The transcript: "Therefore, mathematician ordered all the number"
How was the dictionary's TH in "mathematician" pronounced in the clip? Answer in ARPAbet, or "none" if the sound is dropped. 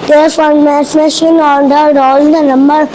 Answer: S